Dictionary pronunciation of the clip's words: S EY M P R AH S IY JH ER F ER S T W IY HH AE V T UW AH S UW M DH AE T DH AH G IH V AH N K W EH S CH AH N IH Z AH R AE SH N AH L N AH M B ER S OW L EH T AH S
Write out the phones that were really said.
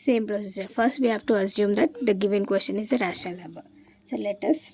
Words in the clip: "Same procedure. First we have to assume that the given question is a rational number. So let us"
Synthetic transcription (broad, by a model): S EY M P R AH S IY JH ER F ER S T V IY HH AE V T UW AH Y UW M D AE T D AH G IH V AH N K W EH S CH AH N IH Z AH R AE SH AH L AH B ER S OW L EH T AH S